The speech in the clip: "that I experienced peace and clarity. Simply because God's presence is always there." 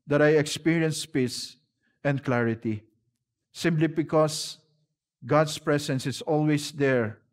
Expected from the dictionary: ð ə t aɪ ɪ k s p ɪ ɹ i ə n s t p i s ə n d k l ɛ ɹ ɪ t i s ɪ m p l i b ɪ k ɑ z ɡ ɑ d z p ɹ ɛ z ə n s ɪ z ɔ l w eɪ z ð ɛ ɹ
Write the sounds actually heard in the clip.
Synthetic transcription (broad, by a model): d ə t aɪ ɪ k s p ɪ ɹ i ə n s p i s ə n d k l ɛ ɹ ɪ t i s ɪ m p l i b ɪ k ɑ s ɡ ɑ d s p ɹ ɛ s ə n s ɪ s ɔ l w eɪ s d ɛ ɹ